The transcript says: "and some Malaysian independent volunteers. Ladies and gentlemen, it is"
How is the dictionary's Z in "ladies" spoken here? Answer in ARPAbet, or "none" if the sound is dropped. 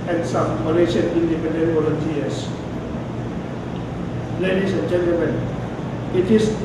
S